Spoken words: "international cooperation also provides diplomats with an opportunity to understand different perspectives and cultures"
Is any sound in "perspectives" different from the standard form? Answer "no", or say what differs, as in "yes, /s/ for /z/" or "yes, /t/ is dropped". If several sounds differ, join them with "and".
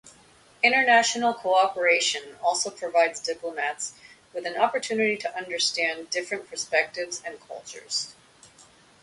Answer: no